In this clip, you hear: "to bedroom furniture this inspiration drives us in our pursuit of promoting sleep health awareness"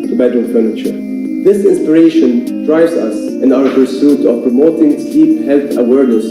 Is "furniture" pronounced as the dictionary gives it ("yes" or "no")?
yes